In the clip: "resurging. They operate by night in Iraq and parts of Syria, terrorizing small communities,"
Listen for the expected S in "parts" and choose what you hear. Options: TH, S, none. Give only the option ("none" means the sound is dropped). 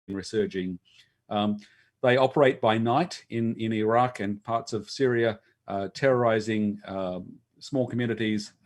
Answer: S